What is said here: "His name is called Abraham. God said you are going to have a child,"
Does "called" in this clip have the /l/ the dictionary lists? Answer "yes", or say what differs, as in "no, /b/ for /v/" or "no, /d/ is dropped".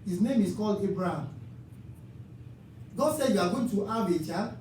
yes